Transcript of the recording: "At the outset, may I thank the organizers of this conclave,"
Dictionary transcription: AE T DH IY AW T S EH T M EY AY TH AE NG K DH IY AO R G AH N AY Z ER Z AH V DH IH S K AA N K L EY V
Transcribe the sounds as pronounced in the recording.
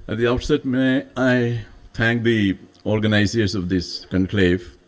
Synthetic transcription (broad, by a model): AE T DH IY AW T S EH T M EY AY T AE NG K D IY AO R G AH N AY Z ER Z AH V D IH S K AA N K L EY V